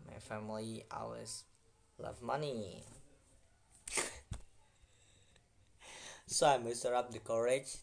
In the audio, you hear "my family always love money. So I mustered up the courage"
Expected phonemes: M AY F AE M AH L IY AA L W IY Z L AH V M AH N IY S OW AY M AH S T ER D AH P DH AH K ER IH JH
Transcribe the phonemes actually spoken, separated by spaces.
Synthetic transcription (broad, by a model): M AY F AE M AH L IY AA W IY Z L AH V M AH N IY S OW AY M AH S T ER AH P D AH K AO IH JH